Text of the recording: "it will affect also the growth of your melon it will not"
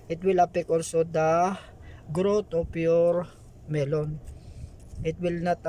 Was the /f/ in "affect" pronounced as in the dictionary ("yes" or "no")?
no